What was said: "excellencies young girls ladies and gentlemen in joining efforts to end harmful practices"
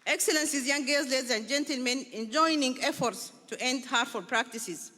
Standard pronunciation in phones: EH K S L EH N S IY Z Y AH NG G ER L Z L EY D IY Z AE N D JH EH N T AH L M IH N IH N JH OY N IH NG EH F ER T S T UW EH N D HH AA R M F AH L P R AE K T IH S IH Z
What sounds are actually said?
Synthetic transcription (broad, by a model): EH K S L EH N S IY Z Y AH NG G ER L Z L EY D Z AE N D JH EH N T AH L M IH N IH N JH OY N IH NG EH F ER T S T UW EH N D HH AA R F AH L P R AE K T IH S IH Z